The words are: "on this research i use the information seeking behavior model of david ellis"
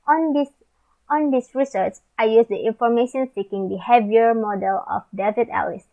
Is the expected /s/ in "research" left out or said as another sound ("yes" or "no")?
no